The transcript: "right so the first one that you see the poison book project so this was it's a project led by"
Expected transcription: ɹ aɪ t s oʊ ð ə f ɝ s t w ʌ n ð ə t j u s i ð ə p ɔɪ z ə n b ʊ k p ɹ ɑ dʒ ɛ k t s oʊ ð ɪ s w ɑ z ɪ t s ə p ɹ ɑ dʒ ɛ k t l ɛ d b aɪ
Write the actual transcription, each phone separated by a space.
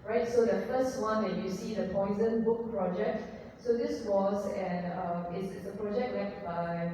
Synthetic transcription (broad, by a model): ɹ aɪ t s oʊ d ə f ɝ s t w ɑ n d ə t j u s i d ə p ɔɪ z ə n b ʊ k p ɹ ɑ dʒ ɛ k t s oʊ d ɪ s w ɑ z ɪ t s ə p ɹ ɑ dʒ ɛ k t w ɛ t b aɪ